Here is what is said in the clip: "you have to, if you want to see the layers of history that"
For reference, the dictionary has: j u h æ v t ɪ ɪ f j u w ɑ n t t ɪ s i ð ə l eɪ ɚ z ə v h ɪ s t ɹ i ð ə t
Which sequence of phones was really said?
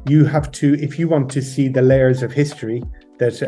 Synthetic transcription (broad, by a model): j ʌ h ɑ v t ɪ ɪ f j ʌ w ɑ n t t ɪ s i ð ə l eɪ ɚ z ə v h ɪ s t ɹ i ð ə t